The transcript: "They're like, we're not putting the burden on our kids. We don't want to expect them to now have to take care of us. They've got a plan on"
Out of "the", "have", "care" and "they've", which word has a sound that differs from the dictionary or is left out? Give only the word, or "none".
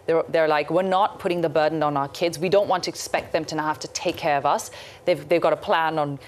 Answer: have